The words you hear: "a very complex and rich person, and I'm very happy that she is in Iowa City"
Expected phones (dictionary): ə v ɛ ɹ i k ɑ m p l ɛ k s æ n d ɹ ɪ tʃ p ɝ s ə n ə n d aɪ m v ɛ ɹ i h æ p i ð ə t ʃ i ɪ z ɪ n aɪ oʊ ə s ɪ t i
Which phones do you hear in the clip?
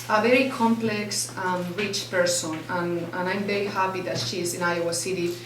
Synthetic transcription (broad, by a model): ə v ɛ ɹ i k ɑ m p l ɛ k s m ɹ ɪ tʃ p ɝ s ə n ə n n aɪ m v ɛ ɹ i h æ p i ð ə t ʃ i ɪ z ɪ n aɪ oʊ ə s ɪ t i